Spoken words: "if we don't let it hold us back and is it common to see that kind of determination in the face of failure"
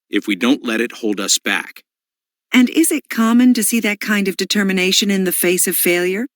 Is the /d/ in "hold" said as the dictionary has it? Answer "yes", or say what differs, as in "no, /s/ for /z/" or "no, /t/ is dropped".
yes